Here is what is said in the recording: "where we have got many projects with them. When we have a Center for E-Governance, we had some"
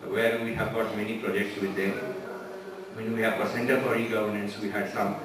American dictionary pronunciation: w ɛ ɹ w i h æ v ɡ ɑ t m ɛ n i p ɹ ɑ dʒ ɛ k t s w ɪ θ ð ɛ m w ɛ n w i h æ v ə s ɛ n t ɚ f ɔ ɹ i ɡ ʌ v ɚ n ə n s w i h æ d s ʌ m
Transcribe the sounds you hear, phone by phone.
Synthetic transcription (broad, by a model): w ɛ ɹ w i h æ v ɡ ɑ t m ɛ n i p ɹ ɑ dʒ ɛ k t s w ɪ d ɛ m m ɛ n w i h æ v ə s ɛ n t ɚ p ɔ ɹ i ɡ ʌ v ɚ n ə n s w i h æ d s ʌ m